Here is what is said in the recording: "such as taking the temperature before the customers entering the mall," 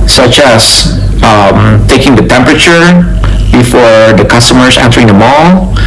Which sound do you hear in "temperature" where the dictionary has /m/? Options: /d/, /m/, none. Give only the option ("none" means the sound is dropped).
/m/